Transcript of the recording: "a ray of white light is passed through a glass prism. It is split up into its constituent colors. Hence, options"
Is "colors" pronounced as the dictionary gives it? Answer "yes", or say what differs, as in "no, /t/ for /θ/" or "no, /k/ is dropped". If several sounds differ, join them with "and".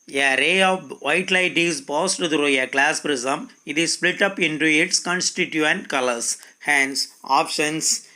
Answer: no, /s/ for /z/